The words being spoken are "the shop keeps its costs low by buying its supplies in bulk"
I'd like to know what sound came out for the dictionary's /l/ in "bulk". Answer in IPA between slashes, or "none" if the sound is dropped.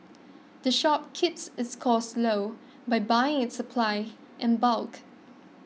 /l/